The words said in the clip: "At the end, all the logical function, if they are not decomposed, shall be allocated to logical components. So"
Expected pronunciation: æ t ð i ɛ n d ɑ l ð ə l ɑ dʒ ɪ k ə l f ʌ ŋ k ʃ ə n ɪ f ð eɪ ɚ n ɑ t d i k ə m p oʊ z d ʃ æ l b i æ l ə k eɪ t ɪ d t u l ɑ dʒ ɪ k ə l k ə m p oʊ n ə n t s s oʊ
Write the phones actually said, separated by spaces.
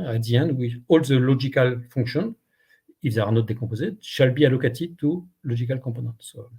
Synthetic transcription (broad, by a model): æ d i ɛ n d ɑ l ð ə l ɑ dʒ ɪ k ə l f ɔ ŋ k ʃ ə n ɪ f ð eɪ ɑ n ɑ t d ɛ k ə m p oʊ z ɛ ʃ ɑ l b i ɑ l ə k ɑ t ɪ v t u l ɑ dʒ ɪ k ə l k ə p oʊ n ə t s s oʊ